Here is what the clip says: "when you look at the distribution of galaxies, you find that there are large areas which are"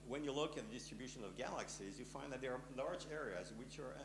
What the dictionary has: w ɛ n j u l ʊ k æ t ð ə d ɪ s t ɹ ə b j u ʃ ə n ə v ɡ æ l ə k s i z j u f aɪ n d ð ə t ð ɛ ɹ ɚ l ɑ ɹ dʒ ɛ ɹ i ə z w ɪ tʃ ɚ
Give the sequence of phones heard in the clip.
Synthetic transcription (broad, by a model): w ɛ n j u l ʊ k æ t ð ə d ɪ s t ɹ ə b j u ʃ ə n ə v ɡ æ l ə k s i z j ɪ f aɪ n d ð ə t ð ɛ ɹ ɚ l ɑ ɹ dʒ ɛ ɹ i ə z w ɪ tʃ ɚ